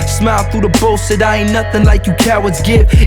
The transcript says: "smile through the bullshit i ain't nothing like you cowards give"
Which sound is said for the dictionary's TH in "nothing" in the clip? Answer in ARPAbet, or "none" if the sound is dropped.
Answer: TH